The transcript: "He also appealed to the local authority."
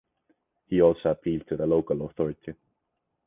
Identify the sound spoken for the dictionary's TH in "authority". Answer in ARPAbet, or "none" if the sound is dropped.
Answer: TH